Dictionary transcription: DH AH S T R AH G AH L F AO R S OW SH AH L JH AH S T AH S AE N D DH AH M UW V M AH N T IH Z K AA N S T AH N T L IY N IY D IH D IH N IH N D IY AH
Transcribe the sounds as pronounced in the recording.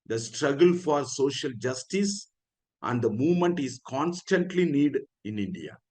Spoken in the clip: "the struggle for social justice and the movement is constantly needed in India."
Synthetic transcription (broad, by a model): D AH S T R AH G AH L F AO R S OW SH AH L JH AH S T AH S AE N D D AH M UW V M AH N T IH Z K AA N S T AH N T L IY N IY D D IH N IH N D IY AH